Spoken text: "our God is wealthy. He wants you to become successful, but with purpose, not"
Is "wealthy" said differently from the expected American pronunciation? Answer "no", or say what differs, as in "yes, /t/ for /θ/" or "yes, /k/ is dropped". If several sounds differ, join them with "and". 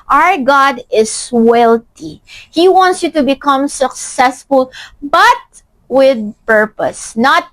yes, /t/ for /θ/